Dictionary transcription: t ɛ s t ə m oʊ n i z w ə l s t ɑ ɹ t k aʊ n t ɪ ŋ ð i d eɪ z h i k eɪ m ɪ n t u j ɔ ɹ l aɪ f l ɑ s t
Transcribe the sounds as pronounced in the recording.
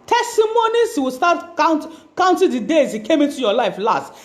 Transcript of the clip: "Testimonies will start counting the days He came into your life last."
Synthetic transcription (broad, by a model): t ɛ s t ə m oʊ n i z w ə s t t ɑ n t k aʊ n t ɪ ŋ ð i d eɪ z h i k eɪ m ɪ n t u j ɔ l aɪ f l ɑ s t